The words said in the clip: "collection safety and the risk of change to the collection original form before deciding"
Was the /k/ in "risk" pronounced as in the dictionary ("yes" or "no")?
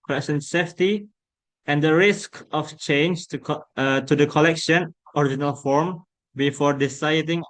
yes